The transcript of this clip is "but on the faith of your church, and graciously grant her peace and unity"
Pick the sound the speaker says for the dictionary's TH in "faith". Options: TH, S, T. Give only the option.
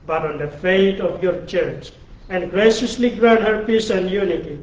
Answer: T